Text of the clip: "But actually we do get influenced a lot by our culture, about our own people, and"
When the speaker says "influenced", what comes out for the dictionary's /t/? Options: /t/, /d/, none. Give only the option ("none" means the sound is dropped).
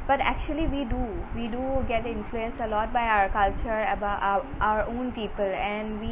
none